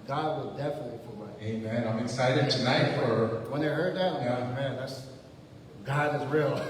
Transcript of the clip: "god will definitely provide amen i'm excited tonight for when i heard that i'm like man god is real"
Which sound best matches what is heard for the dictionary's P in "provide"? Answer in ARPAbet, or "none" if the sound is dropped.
F